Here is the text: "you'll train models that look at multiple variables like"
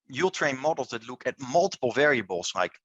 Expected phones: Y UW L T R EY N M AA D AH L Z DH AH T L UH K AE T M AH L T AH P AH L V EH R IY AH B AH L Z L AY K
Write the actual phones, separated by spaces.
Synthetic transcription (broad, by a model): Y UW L T R EY N M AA D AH L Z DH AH T L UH K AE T M AH L T AH P AH L V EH R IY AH B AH L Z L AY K